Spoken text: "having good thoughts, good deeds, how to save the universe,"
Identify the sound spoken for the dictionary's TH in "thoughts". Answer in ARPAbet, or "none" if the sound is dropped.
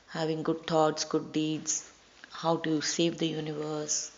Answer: T